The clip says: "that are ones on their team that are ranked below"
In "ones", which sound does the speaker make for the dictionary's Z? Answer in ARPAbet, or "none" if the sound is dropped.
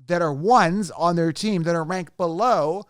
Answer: Z